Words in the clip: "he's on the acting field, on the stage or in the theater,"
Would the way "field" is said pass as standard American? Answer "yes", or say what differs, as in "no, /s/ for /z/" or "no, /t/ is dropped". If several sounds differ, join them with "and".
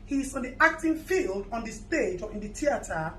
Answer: yes